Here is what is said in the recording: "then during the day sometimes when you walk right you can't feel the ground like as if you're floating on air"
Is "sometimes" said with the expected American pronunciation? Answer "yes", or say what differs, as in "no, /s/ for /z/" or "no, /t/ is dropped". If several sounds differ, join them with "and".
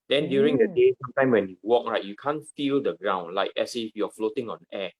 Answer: no, /z/ is dropped